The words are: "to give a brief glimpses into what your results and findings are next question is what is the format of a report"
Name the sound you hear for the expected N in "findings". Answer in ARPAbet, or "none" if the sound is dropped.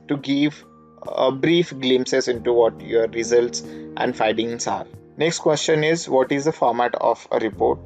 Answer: none